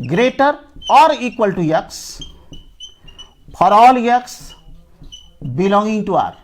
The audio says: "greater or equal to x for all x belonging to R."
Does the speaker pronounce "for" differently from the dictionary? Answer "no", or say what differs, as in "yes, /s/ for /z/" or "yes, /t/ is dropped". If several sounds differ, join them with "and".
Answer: yes, /p/ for /f/